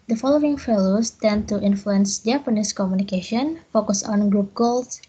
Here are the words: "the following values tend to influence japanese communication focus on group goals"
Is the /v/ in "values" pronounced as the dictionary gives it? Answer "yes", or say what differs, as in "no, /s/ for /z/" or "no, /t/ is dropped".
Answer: no, /f/ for /v/